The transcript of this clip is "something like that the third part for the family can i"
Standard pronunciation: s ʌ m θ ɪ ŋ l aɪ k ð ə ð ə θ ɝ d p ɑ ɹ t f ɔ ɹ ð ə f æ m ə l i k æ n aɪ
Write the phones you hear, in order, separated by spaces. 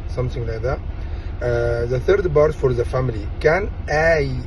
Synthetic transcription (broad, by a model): s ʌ m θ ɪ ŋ l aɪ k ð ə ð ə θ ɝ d b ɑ ɹ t f ɔ ɹ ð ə f æ m ə l i k æ n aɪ